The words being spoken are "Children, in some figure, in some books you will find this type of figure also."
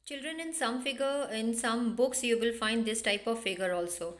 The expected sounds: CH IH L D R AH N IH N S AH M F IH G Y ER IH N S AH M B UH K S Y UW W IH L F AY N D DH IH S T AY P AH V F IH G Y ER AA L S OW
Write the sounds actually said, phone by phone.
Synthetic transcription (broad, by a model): CH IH L D R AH N IH N S AH M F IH G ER IH N S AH M B UH K S Y UW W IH L F AY N D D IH S T AY P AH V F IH G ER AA L S OW